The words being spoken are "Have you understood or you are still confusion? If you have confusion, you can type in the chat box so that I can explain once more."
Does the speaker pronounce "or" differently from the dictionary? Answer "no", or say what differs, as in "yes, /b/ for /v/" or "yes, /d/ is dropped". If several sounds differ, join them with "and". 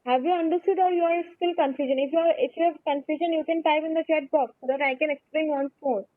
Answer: yes, /l/ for /ɹ/